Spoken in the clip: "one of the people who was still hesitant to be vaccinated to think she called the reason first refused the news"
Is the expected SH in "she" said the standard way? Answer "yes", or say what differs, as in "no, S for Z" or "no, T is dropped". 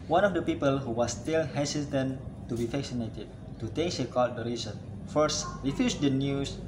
no, S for SH